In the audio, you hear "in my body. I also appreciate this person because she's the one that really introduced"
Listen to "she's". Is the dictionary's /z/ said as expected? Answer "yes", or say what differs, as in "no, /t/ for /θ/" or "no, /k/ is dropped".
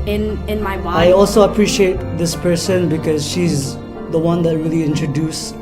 yes